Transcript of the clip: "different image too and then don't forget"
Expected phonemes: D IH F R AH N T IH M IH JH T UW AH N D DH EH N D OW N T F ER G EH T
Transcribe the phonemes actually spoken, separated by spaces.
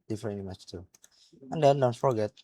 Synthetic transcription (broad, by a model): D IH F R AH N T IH M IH CH T UW AH N D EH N D OW N T F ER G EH T